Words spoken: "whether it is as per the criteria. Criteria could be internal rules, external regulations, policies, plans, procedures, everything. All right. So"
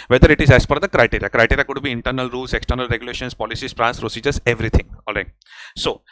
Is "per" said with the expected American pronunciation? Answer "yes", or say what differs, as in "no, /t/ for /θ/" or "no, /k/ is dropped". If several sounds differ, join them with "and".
no, /f/ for /p/